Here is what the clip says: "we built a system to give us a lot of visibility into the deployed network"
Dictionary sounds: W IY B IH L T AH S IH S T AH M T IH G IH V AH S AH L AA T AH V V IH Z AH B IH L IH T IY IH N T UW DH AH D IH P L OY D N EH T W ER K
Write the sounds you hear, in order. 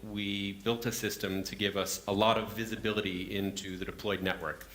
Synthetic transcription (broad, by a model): W IY B IH L T AH S IH S T AH M T IH G IH V AH S AH L AA T AH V V IH Z AH B IH L IH T IY IH N T UW DH AH D IH P L OY D N EH T W ER K